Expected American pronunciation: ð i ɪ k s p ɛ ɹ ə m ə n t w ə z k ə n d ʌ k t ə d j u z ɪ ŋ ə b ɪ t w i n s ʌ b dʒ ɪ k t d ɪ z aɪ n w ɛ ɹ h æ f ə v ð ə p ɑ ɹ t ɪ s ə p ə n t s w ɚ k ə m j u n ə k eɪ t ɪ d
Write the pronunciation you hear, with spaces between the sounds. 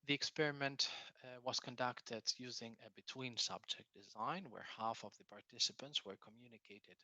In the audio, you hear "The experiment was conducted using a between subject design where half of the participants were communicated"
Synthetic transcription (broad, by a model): ð i ɪ k s p ɛ ɹ ə m ə n t w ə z k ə n d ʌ k t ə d j u z ɪ ŋ ə b ɪ t w i n s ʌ b dʒ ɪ k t d ɪ z aɪ n w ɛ ɹ h æ f ə v ð ə p ɑ ɹ t ɪ s ə p ə n t s w ɚ k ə m j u n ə k eɪ t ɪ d